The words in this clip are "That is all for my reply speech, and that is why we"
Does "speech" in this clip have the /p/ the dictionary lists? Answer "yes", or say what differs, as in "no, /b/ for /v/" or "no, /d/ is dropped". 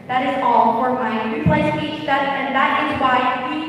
no, /p/ is dropped